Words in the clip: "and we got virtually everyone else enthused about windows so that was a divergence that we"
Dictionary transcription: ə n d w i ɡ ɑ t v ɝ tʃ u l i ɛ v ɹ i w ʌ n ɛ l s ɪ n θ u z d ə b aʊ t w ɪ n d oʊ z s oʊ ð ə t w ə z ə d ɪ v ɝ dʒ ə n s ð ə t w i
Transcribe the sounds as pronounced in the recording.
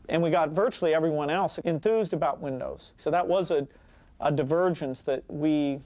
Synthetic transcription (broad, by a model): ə n w i ɡ ɑ t v ɝ tʃ u l i ɛ v ɹ i w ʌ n ɛ l s ɪ n θ u z d ə b aʊ t w ɪ n d oʊ z s oʊ ð ə t w ə z ə d ɪ v ɝ dʒ ə n s ð ə t w i